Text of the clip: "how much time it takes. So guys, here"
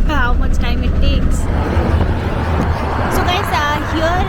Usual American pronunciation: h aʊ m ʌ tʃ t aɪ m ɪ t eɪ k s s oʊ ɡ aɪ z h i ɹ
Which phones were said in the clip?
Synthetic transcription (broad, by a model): h aʊ m ʌ tʃ t aɪ m ɪ t eɪ k s s oʊ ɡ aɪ s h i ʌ